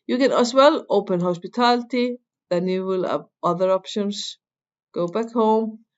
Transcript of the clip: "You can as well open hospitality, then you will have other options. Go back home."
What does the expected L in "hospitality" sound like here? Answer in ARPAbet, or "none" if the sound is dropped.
L